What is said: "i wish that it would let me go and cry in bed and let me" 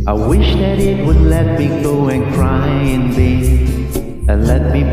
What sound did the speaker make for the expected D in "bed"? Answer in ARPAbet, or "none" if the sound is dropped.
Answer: none